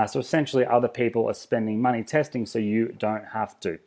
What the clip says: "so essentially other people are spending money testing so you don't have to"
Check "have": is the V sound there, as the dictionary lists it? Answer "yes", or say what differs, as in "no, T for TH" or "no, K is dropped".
no, F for V